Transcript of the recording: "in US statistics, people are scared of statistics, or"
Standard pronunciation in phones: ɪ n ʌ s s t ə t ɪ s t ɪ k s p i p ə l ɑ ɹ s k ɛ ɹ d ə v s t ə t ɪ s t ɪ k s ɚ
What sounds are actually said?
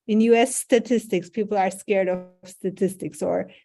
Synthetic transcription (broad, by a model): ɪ n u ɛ s t ə t ɪ s t ɪ k s p i p l ɑ ɹ s k ɛ ɹ d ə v s t ə t ɪ s t ɪ k s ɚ